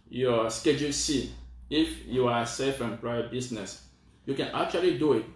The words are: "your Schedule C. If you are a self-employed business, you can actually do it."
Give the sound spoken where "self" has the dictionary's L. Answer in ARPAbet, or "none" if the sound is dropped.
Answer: none